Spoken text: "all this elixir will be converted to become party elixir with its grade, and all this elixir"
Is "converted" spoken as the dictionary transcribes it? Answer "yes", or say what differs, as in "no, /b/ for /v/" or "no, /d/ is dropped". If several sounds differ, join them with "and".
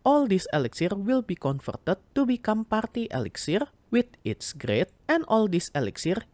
no, /f/ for /v/